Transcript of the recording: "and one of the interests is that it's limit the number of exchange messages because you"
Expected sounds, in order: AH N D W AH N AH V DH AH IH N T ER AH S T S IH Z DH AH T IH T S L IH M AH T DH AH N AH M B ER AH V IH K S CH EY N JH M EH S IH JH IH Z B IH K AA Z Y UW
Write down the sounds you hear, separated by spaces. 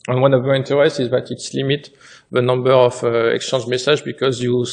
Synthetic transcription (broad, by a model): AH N W AH N AH V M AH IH N T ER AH S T IH Z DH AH T IH T S L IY M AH T DH AH N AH M B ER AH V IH K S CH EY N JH M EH S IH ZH B IH K AA Z Y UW